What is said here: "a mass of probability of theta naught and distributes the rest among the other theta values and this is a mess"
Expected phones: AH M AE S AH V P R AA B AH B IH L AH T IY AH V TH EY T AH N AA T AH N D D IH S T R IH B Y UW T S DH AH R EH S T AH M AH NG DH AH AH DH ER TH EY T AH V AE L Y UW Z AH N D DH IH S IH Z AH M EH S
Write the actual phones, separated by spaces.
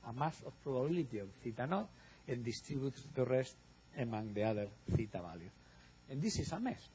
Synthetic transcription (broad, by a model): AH M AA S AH F P R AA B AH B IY L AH T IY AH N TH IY T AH N AA T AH N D D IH S T R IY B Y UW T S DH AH R EH S T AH M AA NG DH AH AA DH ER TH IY T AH B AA L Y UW AH N D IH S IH S AH M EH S